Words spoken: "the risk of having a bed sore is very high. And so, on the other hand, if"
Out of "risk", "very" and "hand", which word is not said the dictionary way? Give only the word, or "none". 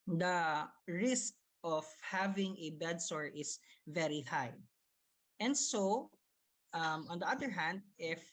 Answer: none